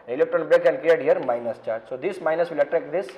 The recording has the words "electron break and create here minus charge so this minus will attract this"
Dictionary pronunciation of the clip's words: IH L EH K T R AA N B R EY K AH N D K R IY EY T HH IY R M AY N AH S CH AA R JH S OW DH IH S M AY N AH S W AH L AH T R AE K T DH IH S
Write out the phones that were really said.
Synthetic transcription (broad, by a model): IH L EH K T R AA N B R EY K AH N K R IY EY T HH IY R M AY N AH S CH AA R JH S OW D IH S M AY N AH S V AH L AH T R AE K T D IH S